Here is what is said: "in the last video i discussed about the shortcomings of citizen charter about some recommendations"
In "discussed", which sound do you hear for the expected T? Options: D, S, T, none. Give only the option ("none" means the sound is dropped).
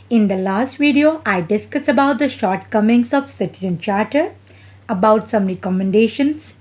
none